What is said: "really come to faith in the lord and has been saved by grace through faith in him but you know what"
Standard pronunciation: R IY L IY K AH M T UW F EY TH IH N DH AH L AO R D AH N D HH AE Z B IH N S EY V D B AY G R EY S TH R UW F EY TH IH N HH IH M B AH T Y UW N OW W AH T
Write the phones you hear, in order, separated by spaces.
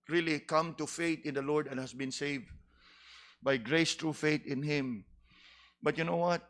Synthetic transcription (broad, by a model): R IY L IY K AH M T UW F EY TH IH N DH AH L AO R D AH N HH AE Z B IH N S EY V D B AY G R EY S T R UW F EY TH IH N HH IH M B AH T Y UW N OW W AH T